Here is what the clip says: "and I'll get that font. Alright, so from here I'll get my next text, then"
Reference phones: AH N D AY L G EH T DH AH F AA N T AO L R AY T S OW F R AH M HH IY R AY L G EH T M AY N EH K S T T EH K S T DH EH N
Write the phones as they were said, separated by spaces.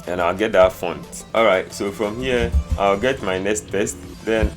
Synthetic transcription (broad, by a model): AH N AY L G EH T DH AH F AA N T AO L R AY T S OW F R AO M HH IY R AY L G EH T M AY N EH K S T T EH S T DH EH N